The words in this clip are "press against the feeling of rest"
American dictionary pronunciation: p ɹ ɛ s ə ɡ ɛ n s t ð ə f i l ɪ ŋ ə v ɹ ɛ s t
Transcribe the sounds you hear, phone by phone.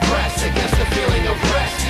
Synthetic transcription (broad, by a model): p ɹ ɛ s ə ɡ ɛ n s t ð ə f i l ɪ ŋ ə b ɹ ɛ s